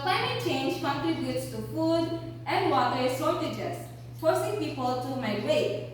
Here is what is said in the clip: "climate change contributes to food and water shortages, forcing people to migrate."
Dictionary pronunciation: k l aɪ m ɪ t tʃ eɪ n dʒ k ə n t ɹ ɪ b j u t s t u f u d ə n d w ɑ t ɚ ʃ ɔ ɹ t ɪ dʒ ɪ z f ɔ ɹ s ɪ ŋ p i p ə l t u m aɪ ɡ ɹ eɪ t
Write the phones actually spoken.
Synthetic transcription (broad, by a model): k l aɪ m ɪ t tʃ eɪ n dʒ k ə n t ɹ ɪ b j u t s t u f u d ə n d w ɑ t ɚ s ɔ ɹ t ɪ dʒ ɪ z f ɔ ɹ s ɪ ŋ p i p ə l t u m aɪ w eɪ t